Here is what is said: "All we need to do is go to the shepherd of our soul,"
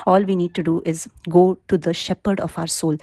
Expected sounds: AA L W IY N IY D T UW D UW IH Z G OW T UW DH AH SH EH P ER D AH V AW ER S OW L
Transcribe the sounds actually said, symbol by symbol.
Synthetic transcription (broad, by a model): AA L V IY N IY D T UW D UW IH Z G OW T UW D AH SH EH P ER D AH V AW ER S OW L